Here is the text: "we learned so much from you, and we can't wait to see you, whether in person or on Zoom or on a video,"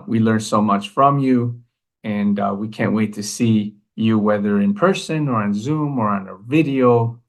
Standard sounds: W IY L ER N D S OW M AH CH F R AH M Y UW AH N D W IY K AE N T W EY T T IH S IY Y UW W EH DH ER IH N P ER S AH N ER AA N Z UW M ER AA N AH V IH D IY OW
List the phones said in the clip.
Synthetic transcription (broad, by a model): W IY L ER N S OW M AH CH F R AH M Y UW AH N W IY K AE N T W EY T T IH S IY Y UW W EH DH ER IH N P ER S AH N ER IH N Z UW M ER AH N AH V IH D IY OW